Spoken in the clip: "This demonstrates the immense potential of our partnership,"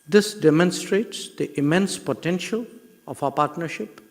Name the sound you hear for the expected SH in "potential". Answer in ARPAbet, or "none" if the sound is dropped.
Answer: SH